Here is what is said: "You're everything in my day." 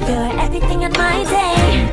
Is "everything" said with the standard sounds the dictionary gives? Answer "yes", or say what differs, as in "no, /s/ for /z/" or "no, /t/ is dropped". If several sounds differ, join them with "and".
no, /ɹ/ is dropped